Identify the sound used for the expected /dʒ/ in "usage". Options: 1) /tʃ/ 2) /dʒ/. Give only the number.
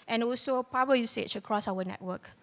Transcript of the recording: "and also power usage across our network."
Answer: 1